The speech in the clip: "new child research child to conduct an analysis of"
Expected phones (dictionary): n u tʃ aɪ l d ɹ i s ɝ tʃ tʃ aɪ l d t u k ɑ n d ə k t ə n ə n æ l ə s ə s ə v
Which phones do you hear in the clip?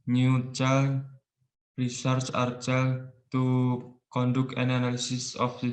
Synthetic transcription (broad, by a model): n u tʃ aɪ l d ɹ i s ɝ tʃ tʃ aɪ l t u k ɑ n d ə k ə n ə n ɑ l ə s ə s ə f